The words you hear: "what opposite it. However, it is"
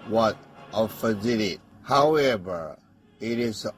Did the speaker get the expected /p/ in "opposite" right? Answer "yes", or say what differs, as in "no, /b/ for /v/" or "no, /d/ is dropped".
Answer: no, /f/ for /p/